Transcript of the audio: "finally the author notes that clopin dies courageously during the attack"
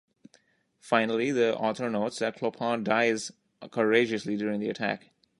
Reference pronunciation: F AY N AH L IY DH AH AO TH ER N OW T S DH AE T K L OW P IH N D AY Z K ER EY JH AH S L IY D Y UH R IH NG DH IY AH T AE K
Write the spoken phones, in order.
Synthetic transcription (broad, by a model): F AY N AH L IY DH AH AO T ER N OW T S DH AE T K L OW P IH N D AY Z K ER EY JH AH S L IY D Y UH R IH NG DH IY AH T AE K